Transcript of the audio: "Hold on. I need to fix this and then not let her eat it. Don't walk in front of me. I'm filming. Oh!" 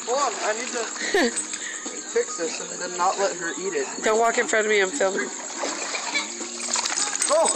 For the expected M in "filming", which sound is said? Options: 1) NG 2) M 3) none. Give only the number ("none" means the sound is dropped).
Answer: 3